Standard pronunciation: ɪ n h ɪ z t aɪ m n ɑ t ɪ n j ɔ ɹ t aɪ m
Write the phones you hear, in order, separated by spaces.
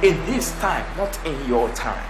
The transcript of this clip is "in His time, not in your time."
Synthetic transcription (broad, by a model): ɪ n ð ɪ s t aɪ m n ɑ t ɪ n j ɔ t aɪ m